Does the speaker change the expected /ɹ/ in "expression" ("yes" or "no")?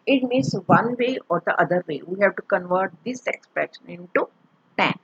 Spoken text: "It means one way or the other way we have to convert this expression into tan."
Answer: yes